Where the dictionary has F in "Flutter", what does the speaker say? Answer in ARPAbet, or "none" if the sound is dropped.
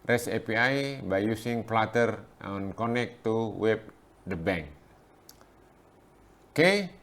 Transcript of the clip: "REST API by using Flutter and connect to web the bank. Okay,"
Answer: P